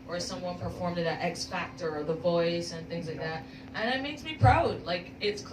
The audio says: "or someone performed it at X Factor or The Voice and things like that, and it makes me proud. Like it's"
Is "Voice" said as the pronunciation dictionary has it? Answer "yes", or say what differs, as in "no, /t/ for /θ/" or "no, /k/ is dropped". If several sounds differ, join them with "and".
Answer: yes